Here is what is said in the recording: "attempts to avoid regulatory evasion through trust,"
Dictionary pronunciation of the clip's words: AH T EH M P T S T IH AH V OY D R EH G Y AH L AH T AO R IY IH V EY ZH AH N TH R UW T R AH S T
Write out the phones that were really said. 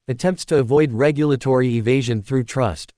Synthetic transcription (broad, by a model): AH T EH M P T S T IH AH V OY D R EH G Y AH L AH T AO R IY IH V EY ZH AH N TH R UW T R AH S T